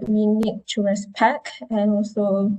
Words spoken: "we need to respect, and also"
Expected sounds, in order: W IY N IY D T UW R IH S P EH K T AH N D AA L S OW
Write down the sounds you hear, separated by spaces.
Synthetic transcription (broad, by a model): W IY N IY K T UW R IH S P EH K AH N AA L S OW